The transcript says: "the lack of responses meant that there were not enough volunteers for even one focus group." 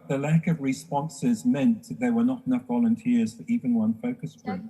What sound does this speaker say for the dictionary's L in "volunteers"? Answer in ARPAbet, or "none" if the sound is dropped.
L